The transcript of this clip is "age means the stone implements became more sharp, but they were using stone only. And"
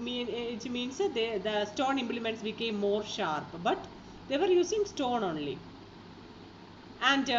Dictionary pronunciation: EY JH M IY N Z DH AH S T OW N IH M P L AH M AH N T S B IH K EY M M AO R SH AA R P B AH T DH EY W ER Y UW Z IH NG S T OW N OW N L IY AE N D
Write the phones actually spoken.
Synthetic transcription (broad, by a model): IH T M IY N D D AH S T OW N IH M P L AH M AH N T S B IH K EY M M AO R SH AA R P B AH T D EY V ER Y UW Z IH NG S T OW N OW N L IY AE N D